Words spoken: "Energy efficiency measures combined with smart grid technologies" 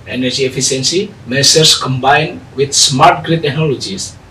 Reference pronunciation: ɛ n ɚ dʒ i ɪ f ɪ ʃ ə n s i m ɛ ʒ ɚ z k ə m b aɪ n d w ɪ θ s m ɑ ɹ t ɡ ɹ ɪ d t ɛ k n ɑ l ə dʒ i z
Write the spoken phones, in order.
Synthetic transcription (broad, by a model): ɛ n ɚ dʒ i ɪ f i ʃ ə n s i m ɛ s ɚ s k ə m b aɪ n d w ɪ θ s m ɑ ɹ t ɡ ɹ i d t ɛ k n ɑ l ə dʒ i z